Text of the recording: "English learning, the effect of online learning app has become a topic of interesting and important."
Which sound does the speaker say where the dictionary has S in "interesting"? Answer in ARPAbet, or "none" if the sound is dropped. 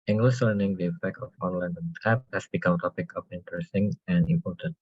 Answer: S